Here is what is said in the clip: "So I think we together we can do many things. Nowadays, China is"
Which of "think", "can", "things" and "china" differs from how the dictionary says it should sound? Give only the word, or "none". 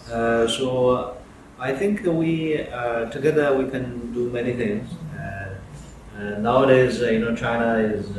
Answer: none